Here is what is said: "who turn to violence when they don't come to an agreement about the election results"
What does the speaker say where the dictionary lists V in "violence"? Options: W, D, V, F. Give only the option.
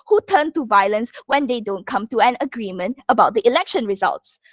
V